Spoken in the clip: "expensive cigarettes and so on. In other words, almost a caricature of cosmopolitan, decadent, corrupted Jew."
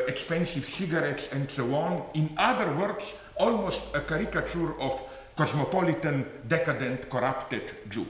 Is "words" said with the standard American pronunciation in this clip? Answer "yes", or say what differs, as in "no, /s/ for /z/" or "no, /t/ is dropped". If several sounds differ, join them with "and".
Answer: no, /s/ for /z/